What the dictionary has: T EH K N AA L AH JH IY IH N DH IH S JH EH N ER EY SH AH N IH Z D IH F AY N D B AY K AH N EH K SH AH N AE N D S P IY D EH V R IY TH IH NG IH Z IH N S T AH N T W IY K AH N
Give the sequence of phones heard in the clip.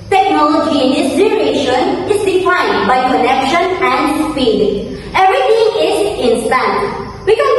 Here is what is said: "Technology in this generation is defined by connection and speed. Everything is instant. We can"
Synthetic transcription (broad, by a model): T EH K N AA L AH JH IY IH N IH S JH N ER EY SH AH N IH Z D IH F AY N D B AY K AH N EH K SH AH N AE N D S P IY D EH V R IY T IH NG IH Z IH N S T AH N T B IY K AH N